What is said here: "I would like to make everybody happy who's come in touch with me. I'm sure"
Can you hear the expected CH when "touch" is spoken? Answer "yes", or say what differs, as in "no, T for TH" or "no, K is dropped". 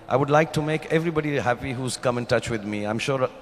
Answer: yes